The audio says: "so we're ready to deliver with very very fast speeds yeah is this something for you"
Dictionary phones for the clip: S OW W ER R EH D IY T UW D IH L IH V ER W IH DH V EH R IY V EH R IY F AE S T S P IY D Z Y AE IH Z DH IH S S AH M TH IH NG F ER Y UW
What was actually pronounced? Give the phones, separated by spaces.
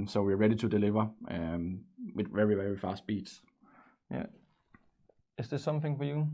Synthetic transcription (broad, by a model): S OW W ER R EH D IY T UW D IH L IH V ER W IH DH V EH R IY V EH R IY F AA S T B IY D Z Y AE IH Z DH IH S S AH M TH IH NG F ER Y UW